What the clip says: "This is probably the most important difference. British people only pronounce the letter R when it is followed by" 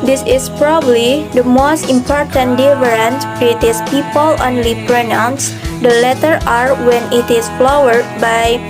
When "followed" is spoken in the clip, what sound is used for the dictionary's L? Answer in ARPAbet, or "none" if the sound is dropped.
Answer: W